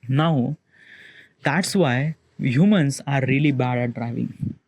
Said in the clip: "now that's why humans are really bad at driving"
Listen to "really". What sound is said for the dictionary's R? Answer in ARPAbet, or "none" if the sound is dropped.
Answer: R